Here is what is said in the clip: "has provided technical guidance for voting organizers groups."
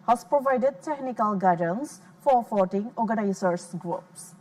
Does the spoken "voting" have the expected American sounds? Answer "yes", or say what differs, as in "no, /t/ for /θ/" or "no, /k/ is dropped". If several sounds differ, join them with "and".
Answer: no, /f/ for /v/